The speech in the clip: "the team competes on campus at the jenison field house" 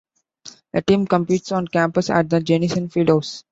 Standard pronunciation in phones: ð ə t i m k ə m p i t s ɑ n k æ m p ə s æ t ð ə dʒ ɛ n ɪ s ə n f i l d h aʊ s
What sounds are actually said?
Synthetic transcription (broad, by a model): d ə t i m k ə m p i t s ɑ n k æ m p ə s æ t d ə dʒ ɛ n ɪ s ə n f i d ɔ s